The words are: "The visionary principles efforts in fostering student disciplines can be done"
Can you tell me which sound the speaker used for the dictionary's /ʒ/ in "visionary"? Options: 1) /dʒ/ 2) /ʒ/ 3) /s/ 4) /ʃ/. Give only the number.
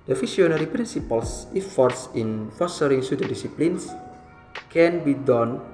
3